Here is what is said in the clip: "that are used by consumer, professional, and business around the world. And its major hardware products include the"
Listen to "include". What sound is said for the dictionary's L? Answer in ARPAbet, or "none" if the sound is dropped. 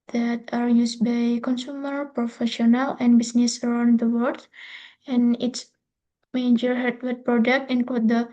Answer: none